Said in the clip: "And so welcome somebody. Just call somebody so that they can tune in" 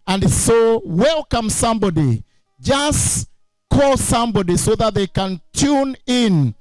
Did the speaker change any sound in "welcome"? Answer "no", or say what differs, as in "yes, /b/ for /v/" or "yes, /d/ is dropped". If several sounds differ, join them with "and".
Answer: no